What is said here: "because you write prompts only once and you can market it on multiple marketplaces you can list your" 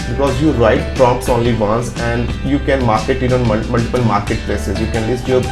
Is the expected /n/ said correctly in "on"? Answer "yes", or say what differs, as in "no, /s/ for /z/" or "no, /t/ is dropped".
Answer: no, /l/ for /n/